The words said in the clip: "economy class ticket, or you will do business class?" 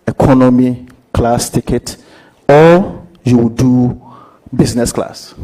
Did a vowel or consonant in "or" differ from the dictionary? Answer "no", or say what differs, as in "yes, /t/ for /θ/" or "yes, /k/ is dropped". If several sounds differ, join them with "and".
yes, /l/ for /ɹ/